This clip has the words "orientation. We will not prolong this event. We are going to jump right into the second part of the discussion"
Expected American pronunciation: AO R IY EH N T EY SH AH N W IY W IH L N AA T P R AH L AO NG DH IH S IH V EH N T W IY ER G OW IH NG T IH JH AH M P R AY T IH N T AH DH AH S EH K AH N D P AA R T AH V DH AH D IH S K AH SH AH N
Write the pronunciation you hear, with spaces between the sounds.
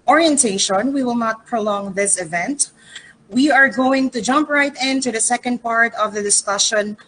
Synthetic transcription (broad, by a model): AO R IY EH N T EY SH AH N W IY W IH L N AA T P R AH L AO NG DH IH S IH V EH N T W IY ER G OW IH NG T IH JH AH M P R AY T IH N T AH DH AH S EH K AH N D P AA R T AH V DH AH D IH S K AH SH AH N